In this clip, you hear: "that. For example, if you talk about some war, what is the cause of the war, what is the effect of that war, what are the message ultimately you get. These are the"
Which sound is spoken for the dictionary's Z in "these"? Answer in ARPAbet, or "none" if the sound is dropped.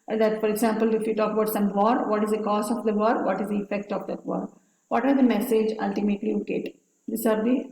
S